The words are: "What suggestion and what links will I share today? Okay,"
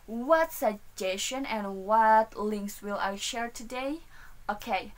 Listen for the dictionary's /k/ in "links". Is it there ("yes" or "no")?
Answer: yes